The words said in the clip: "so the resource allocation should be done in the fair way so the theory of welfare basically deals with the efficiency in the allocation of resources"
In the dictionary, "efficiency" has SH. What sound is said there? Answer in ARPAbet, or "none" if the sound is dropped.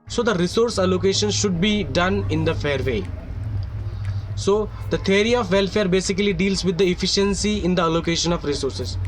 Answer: SH